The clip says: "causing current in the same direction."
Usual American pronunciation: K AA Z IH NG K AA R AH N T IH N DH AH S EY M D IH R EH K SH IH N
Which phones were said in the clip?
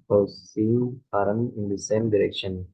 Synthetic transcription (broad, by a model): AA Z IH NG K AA R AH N IH N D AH S EY M D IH R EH K SH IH N